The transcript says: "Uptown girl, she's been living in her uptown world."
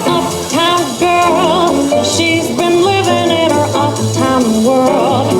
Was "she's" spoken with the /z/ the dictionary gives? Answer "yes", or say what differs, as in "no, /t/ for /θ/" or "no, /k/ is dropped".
yes